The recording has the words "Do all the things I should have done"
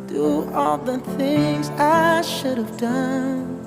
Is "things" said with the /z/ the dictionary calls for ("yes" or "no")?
yes